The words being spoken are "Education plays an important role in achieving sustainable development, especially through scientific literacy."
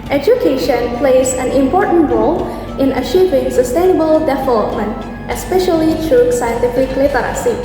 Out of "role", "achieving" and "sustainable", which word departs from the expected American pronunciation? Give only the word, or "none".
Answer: none